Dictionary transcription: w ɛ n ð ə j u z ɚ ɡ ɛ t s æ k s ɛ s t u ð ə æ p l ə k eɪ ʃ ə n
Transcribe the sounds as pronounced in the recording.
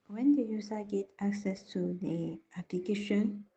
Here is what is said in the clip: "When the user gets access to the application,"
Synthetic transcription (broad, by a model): w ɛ n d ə j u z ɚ ɡ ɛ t æ k s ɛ s t u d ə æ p l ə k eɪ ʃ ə n